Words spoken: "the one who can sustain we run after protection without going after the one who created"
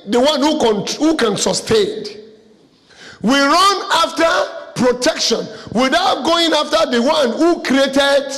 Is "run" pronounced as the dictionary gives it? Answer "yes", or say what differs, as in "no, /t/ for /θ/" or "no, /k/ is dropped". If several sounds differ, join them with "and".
yes